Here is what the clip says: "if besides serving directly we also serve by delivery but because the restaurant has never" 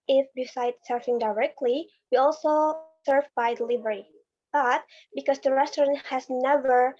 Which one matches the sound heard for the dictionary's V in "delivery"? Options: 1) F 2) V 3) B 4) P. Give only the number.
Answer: 2